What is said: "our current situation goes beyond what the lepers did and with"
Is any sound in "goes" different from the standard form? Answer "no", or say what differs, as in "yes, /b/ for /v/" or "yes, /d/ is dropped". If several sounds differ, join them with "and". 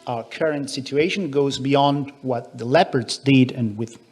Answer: no